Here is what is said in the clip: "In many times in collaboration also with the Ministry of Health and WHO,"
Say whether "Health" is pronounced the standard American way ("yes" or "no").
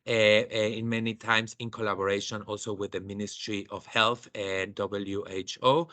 yes